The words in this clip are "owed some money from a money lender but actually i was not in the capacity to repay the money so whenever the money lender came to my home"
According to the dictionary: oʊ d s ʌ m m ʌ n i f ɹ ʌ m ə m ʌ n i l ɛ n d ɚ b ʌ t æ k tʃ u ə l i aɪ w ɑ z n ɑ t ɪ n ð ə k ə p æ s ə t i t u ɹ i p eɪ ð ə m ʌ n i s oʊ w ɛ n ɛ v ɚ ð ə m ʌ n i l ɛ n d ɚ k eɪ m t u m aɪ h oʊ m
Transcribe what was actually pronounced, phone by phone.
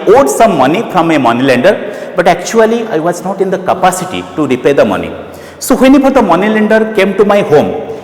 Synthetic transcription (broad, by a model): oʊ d s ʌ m m ʌ n i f ɹ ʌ m ə m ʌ n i l ɛ n d ɚ b ʌ t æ k tʃ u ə l i aɪ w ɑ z n ɑ t ɪ n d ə k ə p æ s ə t i t u ɹ i p eɪ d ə m ʌ n i s oʊ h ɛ n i p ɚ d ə m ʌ n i l ɛ n d ɚ k eɪ m t u m aɪ h oʊ m